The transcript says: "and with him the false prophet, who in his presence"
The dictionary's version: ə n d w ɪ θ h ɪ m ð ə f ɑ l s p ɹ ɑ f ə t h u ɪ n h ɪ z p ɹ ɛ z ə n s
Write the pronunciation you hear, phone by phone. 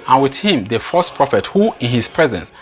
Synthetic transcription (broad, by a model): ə n w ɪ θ h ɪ m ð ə f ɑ s p ɹ ɑ f ə t h u ɪ n h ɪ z p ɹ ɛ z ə n s